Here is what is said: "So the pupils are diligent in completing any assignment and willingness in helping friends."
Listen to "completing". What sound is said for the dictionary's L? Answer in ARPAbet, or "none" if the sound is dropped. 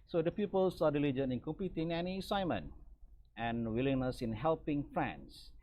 none